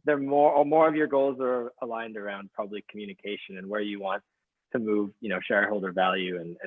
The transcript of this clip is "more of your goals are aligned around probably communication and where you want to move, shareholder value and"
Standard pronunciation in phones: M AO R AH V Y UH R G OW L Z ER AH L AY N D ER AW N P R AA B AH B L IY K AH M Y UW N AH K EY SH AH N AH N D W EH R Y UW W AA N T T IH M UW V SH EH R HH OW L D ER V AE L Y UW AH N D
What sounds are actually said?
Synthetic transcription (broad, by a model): M AO R AH V Y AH R G OW L Z ER AH L AY N D ER AW N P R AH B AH B L IY K M Y UW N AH K EY SH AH N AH N W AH R Y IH W AA N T T IH M UW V SH EH R HH OW L D ER V AE L Y UW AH N